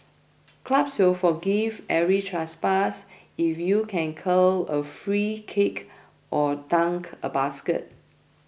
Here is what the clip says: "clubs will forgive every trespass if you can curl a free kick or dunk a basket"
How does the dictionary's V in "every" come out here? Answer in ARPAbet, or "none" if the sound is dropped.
none